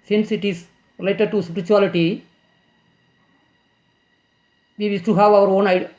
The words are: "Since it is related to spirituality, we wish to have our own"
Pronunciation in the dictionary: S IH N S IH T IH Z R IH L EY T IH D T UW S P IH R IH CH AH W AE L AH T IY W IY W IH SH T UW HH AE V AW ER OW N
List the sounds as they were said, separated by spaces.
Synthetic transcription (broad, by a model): S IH N S IH T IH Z R IH L EY T IH D T UW S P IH R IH CH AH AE L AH T IY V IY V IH S T UW HH AE V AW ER OW N